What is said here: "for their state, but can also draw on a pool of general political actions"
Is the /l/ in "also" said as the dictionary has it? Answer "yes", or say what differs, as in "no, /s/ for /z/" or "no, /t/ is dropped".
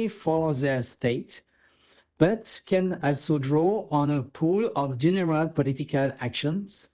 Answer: yes